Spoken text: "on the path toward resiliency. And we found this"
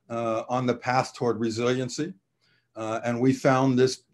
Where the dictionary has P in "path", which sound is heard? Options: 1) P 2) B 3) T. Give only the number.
1